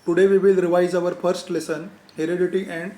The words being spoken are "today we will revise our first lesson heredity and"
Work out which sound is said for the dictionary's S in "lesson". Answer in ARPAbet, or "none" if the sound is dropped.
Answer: S